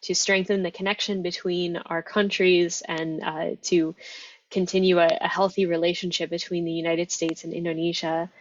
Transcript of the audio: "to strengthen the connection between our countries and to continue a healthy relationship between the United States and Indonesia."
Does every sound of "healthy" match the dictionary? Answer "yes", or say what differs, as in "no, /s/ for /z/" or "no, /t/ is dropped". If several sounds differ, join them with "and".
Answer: yes